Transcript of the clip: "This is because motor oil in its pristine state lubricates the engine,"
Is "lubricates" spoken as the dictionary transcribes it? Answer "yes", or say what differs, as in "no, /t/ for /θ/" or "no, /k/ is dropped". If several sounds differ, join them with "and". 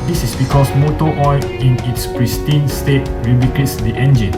no, /ɹ/ is dropped